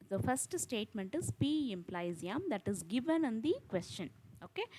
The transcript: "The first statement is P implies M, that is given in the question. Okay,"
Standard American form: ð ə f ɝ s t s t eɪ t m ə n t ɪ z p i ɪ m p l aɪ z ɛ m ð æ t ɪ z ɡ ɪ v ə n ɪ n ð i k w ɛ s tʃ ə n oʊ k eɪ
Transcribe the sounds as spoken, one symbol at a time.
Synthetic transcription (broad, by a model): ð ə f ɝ s t s t eɪ t m ə n t ɪ z p i ɪ m p l aɪ z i m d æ t ɪ z ɡ ɪ v ə n ɪ n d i k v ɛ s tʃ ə n oʊ k eɪ